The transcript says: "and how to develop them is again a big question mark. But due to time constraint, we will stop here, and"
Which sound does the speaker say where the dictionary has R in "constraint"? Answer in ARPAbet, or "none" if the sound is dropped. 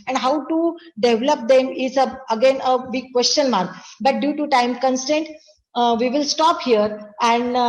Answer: none